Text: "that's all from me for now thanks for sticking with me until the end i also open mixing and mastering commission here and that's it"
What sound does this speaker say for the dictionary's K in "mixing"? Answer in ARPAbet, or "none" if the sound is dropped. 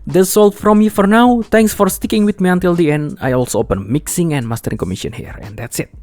K